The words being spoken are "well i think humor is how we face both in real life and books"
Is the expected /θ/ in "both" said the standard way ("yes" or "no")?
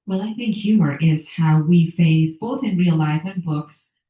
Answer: yes